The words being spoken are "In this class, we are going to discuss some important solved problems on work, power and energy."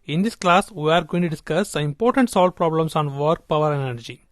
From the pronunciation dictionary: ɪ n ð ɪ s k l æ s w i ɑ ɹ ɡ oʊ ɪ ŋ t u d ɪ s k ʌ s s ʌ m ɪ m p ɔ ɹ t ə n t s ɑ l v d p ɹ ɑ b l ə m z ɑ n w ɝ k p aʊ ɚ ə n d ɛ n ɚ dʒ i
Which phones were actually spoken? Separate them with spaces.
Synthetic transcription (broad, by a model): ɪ n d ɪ s k l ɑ s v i ɑ ɹ ɡ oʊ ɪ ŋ t u d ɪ s k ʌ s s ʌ ɪ m p ɔ ɹ t ə n t s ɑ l d p ɹ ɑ b l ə m s ɑ n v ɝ k p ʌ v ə d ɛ n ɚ dʒ i